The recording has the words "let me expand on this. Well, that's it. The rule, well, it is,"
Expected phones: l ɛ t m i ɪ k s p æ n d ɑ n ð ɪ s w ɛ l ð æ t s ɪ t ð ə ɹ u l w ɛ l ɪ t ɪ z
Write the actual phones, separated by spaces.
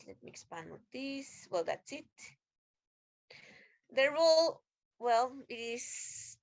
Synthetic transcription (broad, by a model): l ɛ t m i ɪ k s p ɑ n ɑ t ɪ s w ɛ l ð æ t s ɪ t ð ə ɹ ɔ l w ɛ l ɪ t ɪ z